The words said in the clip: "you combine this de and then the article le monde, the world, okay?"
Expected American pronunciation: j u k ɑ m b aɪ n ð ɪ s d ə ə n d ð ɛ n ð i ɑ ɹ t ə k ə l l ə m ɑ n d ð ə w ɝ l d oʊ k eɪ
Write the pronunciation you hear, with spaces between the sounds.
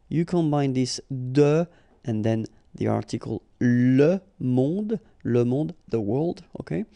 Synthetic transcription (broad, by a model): j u k ɑ m b aɪ n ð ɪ s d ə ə n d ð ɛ n ð i ɑ ɹ t ə k ə l l ə m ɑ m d ð ə w ɝ l d oʊ k eɪ